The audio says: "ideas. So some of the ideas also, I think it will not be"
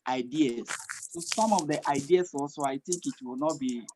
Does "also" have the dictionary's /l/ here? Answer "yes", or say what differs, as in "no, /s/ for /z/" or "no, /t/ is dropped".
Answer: no, /l/ is dropped